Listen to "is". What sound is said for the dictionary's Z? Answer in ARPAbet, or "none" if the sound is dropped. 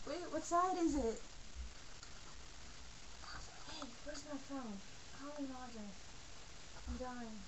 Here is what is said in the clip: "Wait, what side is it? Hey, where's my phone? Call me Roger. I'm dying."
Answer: Z